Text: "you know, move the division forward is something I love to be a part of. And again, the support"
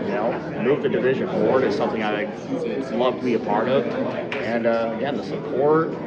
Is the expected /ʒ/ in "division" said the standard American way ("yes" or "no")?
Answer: yes